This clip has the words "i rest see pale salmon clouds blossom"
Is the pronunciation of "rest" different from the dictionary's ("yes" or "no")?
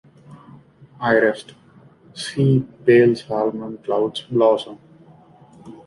no